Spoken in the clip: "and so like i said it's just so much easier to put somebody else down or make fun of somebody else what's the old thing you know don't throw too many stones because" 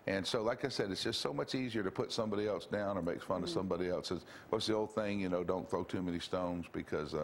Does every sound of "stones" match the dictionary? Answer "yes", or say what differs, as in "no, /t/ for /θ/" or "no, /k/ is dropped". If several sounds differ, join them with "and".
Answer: yes